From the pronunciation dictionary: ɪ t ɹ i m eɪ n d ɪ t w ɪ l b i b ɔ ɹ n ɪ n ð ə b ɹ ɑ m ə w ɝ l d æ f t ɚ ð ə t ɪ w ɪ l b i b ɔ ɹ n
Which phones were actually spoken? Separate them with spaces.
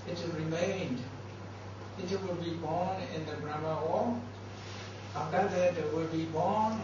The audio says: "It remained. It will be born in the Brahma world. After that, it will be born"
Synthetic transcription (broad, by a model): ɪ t ɹ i m eɪ n d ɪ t w ɪ l b i b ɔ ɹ n ɪ n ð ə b ɹ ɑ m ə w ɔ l ɑ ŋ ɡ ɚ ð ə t ɪ w ɪ l b i b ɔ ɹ n